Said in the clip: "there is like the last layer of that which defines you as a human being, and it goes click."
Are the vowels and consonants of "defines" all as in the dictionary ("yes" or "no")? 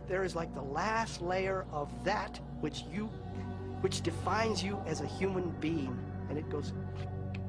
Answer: yes